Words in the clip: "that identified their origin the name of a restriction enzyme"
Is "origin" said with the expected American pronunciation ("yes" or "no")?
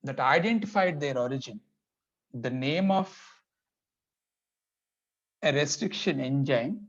yes